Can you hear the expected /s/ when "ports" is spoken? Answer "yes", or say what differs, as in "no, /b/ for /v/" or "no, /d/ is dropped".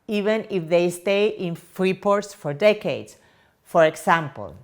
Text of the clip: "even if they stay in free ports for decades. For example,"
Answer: yes